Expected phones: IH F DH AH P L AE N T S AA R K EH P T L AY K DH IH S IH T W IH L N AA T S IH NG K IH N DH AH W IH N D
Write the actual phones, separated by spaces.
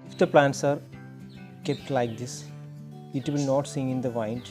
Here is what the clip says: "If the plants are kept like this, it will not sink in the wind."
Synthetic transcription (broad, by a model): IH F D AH P L AE N T S AA R K EH P T L AY K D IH S IH T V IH L N AA T S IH NG IH N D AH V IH N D